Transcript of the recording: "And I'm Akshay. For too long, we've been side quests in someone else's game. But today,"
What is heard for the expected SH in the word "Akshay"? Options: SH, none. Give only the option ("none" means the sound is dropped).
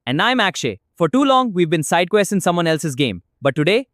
SH